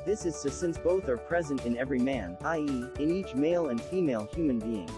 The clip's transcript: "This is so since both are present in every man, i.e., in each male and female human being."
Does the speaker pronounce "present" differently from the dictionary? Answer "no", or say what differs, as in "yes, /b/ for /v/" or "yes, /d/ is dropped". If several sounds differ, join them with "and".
no